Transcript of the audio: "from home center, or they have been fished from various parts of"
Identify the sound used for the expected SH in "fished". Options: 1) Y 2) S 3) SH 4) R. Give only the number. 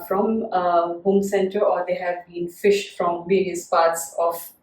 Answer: 3